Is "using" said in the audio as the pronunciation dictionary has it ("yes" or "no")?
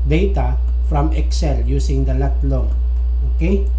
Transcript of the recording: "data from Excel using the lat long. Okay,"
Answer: no